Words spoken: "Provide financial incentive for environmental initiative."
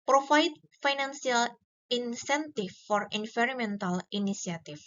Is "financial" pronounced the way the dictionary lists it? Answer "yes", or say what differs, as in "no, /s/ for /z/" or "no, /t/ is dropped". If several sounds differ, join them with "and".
no, /s/ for /ʃ/